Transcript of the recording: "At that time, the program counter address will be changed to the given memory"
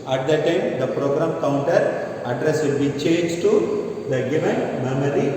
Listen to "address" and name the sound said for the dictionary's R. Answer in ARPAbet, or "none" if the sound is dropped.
R